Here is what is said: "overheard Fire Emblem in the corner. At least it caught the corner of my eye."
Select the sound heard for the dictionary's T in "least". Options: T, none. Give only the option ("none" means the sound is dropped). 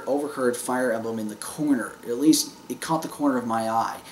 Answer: T